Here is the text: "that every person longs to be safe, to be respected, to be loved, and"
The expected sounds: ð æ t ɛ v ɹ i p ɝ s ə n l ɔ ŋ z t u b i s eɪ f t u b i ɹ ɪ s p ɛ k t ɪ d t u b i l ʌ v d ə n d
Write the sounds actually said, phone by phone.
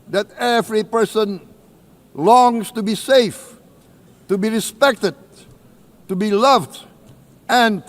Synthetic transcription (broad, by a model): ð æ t ɛ v ɹ i p ɝ s ə n l ɔ ŋ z t u b i s eɪ f t u b i ɹ ɪ s p ɛ k t ɪ d t u b i l ʌ v d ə n